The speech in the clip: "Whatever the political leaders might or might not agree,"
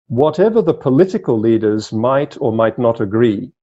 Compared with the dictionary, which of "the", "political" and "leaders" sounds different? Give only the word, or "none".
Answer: none